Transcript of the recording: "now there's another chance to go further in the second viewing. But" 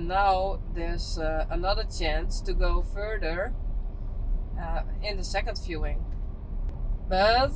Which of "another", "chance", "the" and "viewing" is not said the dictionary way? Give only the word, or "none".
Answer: viewing